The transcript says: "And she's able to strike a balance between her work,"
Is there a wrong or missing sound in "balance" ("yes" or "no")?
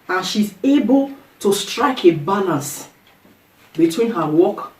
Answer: yes